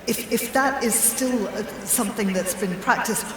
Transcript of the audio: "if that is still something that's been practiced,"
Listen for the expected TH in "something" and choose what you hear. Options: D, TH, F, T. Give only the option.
TH